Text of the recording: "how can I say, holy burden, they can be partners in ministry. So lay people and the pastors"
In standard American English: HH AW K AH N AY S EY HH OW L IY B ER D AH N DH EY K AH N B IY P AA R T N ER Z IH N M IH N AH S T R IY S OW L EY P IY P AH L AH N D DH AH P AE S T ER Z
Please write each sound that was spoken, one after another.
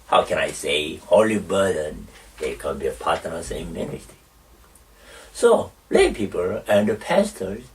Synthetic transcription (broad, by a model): HH AW K AH N AY S EY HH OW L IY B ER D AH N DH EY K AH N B IY P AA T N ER S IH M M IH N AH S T IY S OW L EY P IY P AH L AH N D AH P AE S T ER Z